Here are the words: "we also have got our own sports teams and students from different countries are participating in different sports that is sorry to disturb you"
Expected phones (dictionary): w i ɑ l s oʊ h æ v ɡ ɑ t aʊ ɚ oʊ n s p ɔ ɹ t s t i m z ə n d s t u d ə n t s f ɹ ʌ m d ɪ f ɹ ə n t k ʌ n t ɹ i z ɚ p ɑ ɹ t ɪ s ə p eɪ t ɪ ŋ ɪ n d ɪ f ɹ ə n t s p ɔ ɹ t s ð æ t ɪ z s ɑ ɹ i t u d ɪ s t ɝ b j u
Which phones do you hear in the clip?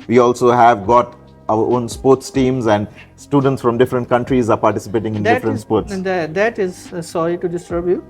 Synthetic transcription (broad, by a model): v i ɑ l s oʊ h æ v ɡ ɑ t aʊ ɚ oʊ n s p ɔ ɹ t s t i m z ə n d s t u d ə n t s f ɹ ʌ m d ɪ f ɹ ə n t k ʌ n t ɹ i z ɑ p ɑ ɹ t ɪ s ə p eɪ t ɪ ŋ ɪ n d ɪ f ɹ ə n t s p ɔ ɹ t s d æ t ɪ z s ɑ ɹ i t u d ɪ s t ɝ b j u